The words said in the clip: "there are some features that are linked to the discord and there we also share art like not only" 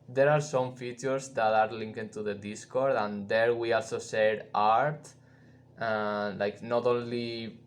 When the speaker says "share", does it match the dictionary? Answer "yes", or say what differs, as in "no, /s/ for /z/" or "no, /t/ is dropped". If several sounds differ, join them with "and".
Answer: no, /s/ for /ʃ/